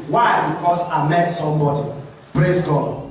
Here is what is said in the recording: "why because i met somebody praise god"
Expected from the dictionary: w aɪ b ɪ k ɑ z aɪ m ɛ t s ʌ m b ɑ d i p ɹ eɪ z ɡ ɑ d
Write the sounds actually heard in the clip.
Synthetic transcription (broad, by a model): w aɪ b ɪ k ɑ s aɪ m ɛ t s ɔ m b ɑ d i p ɹ eɪ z ɡ ɑ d